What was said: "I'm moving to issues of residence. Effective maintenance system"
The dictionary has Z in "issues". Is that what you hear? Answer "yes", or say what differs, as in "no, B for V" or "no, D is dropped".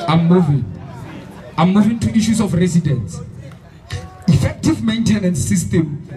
no, S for Z